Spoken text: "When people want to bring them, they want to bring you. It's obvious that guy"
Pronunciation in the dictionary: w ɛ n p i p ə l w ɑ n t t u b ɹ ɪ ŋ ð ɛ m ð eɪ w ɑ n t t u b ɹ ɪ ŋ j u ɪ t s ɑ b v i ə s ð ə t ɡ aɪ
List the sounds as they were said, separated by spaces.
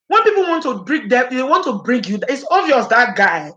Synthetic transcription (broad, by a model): w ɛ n p i p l w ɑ n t t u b ɹ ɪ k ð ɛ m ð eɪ w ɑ n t t u b ɹ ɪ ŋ j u ɪ t s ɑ v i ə s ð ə t ɡ aɪ